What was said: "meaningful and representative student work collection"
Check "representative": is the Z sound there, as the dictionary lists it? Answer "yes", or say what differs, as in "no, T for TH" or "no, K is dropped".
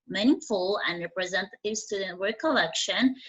yes